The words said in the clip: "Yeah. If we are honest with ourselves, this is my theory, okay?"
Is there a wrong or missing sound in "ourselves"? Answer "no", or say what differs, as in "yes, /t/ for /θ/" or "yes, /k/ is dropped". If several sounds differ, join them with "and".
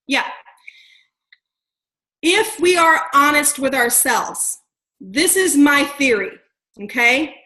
no